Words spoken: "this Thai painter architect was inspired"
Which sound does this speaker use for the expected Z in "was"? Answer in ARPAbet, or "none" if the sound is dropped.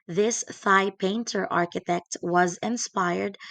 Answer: Z